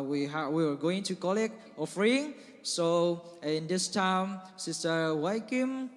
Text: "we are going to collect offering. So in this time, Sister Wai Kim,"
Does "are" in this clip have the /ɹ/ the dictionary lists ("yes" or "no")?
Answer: no